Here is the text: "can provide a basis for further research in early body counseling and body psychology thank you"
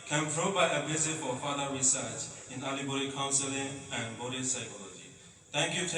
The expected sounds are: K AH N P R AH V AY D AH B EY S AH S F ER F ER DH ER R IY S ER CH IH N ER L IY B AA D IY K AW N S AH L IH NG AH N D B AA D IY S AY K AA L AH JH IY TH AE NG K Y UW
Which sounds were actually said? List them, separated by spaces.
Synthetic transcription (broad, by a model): K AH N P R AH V AY AH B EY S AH F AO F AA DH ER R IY S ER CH IH N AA L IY B AA D IY K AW N S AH L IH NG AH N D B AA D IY S AY K AA L AH JH IY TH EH NG K Y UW